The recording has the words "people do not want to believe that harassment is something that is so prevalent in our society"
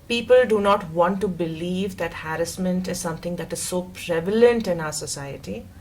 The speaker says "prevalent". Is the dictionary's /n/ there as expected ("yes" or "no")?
yes